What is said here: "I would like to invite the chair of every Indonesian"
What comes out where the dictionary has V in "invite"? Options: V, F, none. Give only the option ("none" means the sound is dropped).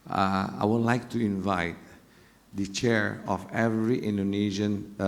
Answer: V